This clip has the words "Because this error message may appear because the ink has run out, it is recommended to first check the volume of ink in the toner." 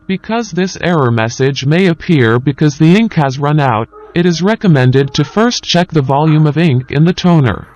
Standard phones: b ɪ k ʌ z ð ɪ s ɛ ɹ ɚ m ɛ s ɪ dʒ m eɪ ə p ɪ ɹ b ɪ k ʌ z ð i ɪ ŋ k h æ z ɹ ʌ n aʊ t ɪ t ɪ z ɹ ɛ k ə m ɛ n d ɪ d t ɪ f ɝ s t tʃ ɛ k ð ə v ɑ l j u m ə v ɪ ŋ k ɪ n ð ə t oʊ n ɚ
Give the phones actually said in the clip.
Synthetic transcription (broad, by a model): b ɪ k ʌ z ð ɪ s ɛ ɹ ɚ m ɛ s ɪ dʒ m eɪ ə p ɪ ɹ b ɪ k ʌ z ð i ɪ ŋ k h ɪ z ɹ ʌ n aʊ t ɪ t ɪ z ɹ ɛ k ə m ɛ n d ɪ d t ɪ f ɝ s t tʃ ɛ k ð ə v ɑ l j u m ə v ɪ ŋ k ɪ n ð ə t oʊ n ɚ